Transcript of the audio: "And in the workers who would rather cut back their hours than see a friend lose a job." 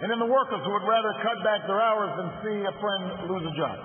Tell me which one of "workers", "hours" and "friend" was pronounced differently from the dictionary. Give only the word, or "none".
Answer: none